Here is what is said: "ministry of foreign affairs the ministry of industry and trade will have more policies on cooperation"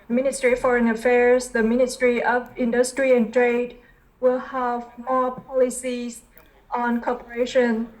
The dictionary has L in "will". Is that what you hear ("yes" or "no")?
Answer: yes